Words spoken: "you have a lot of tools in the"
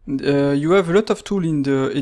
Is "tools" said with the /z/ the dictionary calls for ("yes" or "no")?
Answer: no